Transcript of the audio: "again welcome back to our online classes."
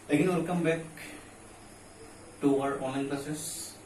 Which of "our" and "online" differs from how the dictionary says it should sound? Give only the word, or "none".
online